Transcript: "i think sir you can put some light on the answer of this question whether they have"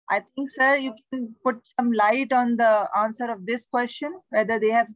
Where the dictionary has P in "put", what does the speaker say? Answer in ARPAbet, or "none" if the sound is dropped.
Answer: P